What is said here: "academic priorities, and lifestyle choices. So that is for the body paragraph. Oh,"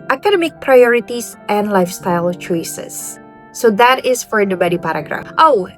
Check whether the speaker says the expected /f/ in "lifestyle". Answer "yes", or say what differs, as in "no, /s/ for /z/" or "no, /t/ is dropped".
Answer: yes